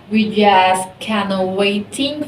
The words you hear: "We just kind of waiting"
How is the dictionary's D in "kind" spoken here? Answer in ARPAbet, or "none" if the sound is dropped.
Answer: none